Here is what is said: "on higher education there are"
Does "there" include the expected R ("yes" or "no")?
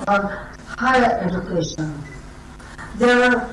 no